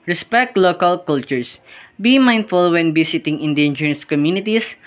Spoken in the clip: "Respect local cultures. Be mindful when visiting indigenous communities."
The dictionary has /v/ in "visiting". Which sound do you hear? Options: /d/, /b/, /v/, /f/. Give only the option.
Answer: /b/